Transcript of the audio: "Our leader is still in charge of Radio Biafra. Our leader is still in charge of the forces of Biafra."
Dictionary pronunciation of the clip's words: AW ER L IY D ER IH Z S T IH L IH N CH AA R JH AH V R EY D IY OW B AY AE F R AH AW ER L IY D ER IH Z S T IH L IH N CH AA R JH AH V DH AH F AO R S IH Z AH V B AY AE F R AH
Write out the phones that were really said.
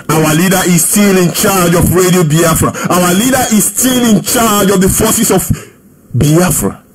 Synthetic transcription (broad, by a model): AW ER L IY D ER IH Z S T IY L IH N CH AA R JH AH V R EY D IY OW B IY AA F R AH AW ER L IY D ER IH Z S T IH L IH N CH AA JH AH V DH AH F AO S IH S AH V B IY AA F R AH